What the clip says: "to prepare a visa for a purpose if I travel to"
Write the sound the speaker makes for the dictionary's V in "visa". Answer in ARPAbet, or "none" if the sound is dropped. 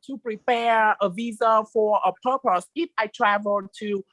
V